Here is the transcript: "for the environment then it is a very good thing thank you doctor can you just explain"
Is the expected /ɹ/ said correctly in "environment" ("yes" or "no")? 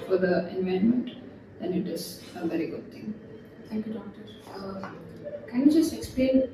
no